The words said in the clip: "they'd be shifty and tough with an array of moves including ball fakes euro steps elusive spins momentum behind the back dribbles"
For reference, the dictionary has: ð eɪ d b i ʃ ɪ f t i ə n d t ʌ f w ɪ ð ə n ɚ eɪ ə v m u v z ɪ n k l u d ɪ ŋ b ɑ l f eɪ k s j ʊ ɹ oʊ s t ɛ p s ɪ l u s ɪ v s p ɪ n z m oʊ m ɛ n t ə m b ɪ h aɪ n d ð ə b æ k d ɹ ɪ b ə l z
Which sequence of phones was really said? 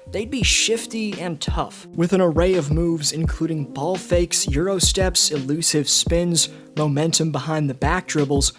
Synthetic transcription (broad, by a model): ð eɪ d b i ʃ ɪ f t i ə n t ʌ f w ɪ ð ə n ɚ eɪ ə v m u v z ɪ n k l u d ɪ ŋ b ɑ l f eɪ k s j ʊ ɹ oʊ s t ɛ p s ɪ l u s ɪ v s p ɪ n z m oʊ m ɛ n t ə m b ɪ h aɪ n ð ə b æ k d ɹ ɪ b l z